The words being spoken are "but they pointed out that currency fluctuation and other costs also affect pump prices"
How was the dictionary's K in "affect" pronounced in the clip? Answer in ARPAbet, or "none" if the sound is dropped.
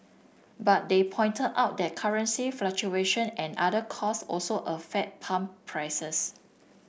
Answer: none